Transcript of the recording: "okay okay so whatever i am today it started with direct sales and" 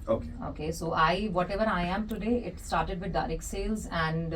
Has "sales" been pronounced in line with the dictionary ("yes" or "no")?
yes